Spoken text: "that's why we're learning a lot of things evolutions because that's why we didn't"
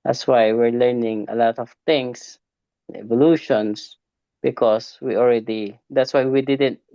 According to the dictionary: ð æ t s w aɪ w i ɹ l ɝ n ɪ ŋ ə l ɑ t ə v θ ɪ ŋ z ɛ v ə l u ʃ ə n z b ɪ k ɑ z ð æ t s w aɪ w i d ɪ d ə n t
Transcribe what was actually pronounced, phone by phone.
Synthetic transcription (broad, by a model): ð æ t s w aɪ w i ɹ l ɝ n ɪ ŋ ə l ɑ t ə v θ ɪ ŋ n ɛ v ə l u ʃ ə n s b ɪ k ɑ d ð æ t s w aɪ w i d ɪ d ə n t